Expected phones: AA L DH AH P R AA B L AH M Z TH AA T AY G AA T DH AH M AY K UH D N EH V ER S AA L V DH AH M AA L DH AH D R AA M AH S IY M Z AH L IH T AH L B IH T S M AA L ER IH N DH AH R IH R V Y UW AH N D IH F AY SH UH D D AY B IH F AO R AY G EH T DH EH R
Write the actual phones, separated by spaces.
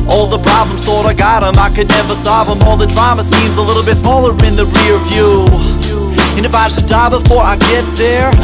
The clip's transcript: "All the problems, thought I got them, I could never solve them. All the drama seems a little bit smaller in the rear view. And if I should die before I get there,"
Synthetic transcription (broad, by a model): AA L DH AH P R AA B L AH M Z TH AA T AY G AA T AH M AY K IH D N EH V ER S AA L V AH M AA L DH AH D R AA M AH S IY M Z AH L IH T L B IH T S M AA L ER IH N DH AH R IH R V Y UW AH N IH F AY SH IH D D AY B IH F AO R AY G EH T DH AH R